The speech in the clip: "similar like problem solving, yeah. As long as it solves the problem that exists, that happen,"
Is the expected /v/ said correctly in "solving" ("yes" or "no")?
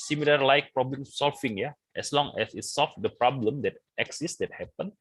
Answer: no